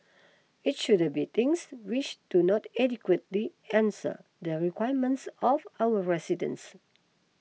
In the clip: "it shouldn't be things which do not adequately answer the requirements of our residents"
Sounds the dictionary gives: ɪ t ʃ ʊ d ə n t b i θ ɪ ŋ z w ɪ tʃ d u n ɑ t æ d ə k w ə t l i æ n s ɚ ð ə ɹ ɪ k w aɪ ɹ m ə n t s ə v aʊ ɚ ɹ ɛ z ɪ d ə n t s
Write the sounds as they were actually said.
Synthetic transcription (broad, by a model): ɪ t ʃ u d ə b i t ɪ ŋ s w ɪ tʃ d u n ɑ t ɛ d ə k w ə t l i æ n s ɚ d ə ɹ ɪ k w aɪ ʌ m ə n t s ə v aʊ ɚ ɹ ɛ s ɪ d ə n s